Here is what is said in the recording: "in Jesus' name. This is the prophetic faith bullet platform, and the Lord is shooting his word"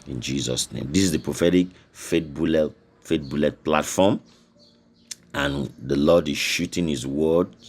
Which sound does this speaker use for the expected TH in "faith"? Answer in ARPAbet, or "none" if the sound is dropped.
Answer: T